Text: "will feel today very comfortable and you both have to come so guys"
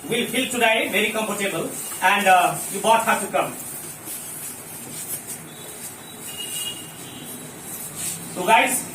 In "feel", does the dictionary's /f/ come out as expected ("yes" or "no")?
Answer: no